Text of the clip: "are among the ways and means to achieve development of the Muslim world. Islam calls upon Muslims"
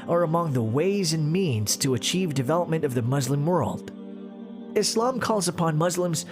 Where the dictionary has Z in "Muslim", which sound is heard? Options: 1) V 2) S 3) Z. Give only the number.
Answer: 3